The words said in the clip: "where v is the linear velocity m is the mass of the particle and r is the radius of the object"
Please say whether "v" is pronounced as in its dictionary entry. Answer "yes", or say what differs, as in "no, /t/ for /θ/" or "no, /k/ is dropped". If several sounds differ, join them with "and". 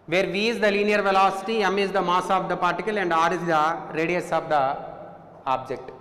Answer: yes